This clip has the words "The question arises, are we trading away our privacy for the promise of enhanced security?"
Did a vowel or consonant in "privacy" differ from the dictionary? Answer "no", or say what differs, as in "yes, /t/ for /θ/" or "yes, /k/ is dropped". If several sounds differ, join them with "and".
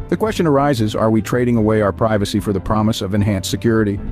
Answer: no